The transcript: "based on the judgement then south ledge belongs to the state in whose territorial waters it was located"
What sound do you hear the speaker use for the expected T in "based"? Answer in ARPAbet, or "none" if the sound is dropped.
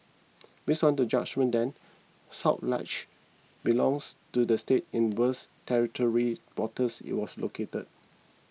none